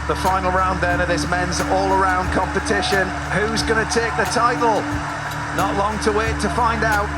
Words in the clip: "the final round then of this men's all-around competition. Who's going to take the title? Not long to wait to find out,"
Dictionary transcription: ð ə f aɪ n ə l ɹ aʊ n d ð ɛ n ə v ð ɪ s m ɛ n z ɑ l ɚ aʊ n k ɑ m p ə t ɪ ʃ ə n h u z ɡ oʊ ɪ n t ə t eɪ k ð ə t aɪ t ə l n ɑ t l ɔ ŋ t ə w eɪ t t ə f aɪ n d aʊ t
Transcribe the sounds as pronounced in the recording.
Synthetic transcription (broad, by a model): ð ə f aɪ n l ɹ aʊ n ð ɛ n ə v ð ɪ s m ɛ n z ɑ l ɚ aʊ n k ɑ m p ə t ɪ ʃ ə n h u z ɡ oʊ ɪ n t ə t eɪ k ð ə t aɪ t l n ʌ t l ɔ ŋ t ə w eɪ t t ə f aɪ n d aʊ t